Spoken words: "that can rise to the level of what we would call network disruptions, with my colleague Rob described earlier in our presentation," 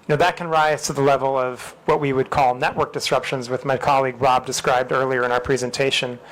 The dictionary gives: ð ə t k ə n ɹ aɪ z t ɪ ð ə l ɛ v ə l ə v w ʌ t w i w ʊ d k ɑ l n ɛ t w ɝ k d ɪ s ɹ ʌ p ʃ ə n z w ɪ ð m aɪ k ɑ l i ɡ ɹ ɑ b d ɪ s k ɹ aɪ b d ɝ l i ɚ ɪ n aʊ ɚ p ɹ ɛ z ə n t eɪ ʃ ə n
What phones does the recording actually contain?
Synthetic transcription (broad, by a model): ð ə t k ə n ɹ aɪ z t ɪ ð ə l ɛ v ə l ə v w ʌ t w i w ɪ d k ɑ l n ɛ t w ɝ k d ɪ s ɹ ʌ p ʃ ə n z w ɪ ð m aɪ k ɑ l i ɡ ɹ ɑ b d ɪ s k ɹ aɪ b d ɝ l i ɚ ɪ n aʊ ɚ p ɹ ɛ z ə n t eɪ ʃ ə n